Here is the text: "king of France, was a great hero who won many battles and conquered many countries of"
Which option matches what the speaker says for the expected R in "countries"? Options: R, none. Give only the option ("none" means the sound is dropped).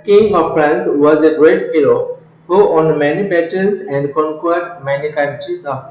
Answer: none